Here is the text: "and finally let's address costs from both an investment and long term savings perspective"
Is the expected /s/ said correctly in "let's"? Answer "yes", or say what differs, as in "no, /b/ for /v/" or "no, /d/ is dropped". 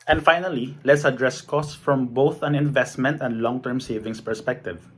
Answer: yes